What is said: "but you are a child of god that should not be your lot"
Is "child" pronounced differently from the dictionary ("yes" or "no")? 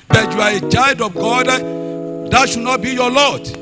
yes